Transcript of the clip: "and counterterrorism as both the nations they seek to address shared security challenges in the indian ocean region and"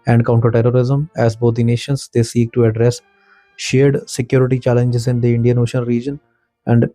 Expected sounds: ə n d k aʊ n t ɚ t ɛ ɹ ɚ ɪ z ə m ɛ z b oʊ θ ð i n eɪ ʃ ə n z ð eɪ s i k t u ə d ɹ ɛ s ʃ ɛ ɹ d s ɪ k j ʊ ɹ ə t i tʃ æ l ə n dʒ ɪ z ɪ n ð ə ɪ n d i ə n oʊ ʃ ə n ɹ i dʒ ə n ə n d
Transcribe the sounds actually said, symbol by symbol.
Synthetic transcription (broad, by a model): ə n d k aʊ n t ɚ t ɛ ɹ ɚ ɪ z ə m ɛ z b oʊ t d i n eɪ ʃ ə n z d eɪ s i k t u ə d ɹ ɛ s ʃ ɛ ɹ d s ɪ k j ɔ ɹ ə t i tʃ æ l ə n dʒ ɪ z ɪ n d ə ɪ n d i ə n oʊ ʃ ə n ɹ i dʒ ə n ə n d